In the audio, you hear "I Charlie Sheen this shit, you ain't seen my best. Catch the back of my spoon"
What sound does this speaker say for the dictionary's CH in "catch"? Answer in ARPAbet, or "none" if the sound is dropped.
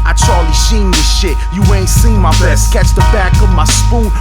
CH